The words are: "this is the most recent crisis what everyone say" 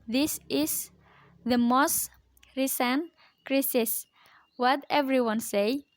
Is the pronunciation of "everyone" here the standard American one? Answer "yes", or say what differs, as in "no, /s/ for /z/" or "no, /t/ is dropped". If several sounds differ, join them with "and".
yes